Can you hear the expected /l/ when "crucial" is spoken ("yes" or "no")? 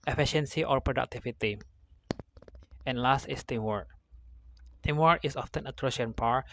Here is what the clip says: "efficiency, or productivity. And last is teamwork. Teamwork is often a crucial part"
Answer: no